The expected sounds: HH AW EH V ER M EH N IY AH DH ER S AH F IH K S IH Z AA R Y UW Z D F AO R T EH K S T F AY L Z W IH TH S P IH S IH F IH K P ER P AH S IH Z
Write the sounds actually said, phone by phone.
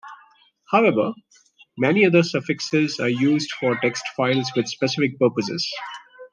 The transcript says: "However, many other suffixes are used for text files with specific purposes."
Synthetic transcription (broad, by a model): HH AW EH V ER M EH N IY AH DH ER S AH F IH K S IH Z AA R Y UW Z D F AO R T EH K S T F AY L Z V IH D S P IH S IH F IH K P ER P AH S IH Z